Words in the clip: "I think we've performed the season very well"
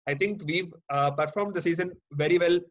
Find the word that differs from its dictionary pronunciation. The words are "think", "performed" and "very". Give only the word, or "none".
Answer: think